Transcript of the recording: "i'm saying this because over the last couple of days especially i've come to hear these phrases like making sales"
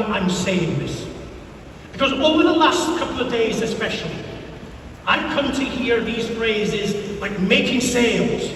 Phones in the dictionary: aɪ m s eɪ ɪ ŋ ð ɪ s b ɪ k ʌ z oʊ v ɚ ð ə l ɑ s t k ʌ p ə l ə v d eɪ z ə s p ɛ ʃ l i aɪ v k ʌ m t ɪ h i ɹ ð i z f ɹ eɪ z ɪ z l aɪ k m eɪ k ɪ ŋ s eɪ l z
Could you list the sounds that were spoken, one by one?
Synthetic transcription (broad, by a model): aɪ m s eɪ ɪ ŋ ð ɪ s b ɪ k ʌ z oʊ v ɚ ð ə l ɑ s t k ʌ p l ə v d eɪ z ə s p ɛ ʃ l i aɪ v k ʌ m t ɪ h i ɹ ð i z f ɹ eɪ z ɪ z l aɪ k m eɪ k ɪ ŋ s eɪ l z